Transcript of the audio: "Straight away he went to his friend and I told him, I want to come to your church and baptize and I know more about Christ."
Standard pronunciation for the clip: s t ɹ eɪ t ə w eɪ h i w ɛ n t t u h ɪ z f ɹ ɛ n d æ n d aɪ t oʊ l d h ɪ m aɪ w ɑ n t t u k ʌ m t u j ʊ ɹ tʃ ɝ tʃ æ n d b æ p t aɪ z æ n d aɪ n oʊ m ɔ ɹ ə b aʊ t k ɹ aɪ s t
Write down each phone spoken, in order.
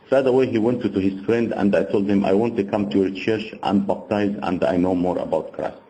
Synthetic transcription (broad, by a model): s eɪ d ə w eɪ h i w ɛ n t t u h ɪ z f ɹ ɛ n d æ n d aɪ t oʊ l d h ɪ m aɪ w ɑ n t t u k ʌ m t u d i tʃ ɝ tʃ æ n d b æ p t aɪ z æ n d aɪ n oʊ m ɔ ɹ ə b aʊ t k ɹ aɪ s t